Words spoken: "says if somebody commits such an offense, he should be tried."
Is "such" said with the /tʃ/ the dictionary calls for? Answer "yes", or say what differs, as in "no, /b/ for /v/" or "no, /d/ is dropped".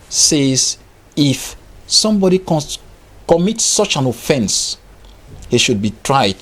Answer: yes